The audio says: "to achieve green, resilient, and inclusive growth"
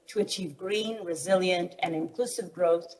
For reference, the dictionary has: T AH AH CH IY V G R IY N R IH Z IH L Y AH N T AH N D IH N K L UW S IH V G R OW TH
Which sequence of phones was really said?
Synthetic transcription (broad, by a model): T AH AH CH IY V G R IY N R IH Z IH L Y AH N T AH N IH N K L UW S IH V G R OW TH